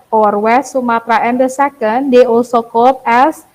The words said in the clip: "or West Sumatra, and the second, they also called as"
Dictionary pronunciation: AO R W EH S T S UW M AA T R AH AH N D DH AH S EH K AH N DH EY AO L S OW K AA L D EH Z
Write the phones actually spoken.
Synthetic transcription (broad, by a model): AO R W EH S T S UW M AA T R AH AH N D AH S EH K AH N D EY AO S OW K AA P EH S